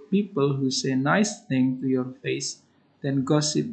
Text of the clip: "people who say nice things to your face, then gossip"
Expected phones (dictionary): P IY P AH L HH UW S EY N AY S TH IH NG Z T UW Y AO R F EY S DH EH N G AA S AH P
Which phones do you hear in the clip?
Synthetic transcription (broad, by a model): P IY P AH L HH UW S EY N AY S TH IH NG T UW Y AO R F EY S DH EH N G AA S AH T